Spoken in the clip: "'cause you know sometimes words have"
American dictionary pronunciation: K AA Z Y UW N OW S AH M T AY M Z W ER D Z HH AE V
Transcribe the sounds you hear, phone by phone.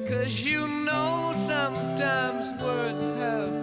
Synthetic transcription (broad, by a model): K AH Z Y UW N OW S AH M T AY M Z W ER D Z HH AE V